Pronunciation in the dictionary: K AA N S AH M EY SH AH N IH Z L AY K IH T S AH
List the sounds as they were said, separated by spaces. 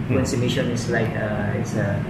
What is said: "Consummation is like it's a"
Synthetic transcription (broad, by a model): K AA N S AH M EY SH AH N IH S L AY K IH T S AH